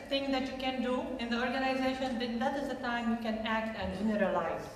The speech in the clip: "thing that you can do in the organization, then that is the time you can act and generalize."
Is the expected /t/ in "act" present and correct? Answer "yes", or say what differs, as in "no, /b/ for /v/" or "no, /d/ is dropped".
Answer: yes